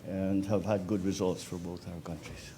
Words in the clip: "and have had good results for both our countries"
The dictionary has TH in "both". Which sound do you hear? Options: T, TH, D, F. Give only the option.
TH